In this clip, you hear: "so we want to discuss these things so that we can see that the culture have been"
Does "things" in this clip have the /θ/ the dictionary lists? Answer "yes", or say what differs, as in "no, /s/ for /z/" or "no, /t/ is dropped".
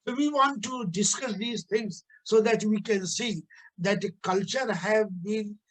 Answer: no, /t/ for /θ/